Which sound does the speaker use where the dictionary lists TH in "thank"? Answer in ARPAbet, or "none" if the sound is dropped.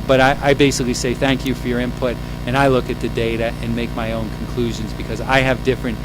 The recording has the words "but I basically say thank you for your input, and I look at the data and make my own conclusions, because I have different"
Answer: TH